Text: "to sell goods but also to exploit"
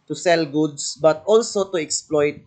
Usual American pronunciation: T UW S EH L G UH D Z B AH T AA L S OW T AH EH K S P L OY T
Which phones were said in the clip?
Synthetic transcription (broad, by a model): T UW S EH L G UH D S B AH T AA L S OW T AH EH K S P L OY T